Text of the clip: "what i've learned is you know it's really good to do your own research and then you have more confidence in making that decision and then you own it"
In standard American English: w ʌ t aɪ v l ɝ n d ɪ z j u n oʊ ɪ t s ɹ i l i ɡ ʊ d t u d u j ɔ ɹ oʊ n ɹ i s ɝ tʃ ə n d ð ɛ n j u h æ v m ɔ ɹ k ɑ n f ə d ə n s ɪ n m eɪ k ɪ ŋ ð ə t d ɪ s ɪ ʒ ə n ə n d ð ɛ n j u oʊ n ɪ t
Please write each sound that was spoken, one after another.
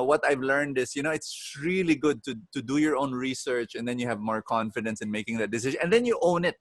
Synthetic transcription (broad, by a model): w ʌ t aɪ v l ɝ n d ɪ s j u n oʊ ɪ t s ɹ i l i ɡ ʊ d t u d u j ɔ ɹ oʊ n ɹ i s ɝ tʃ ə n d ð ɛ n j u h æ v m ɔ ɹ k ɑ n f ə d ə n s ɪ n m eɪ k ɪ ŋ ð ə t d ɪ s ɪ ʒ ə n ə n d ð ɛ n j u oʊ n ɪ t